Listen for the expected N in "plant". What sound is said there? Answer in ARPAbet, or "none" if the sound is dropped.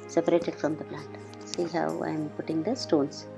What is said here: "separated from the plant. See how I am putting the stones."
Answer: none